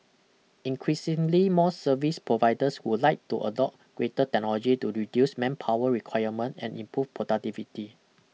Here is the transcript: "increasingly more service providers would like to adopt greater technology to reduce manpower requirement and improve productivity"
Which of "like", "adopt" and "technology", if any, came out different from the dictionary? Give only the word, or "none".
adopt